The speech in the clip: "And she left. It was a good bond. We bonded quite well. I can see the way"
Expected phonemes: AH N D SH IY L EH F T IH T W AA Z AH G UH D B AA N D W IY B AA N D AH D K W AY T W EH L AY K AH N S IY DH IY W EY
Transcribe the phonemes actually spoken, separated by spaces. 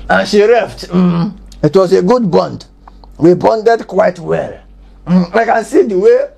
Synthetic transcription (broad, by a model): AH N SH IY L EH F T IH T W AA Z AH G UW D B AA N D W IY B AA N D AH D K W AY T W EH L AY K AH N S IY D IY W EY